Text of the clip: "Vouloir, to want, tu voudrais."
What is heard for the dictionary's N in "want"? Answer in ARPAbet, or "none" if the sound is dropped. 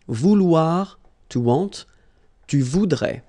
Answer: none